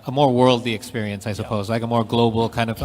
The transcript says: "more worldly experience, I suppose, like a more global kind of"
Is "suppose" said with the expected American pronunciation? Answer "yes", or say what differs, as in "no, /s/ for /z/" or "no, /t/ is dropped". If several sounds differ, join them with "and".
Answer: yes